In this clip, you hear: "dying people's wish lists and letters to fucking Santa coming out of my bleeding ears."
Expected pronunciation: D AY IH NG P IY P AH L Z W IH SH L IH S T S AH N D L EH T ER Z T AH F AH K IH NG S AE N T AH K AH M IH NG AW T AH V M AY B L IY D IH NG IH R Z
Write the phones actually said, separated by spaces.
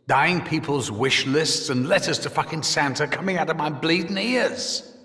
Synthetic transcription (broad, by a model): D AY IH NG P IY P AH L Z W IH SH L IH S T S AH N L EH T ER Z T AH F AH K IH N S AE N T AH K AH M IH NG AW T AH V M AY B L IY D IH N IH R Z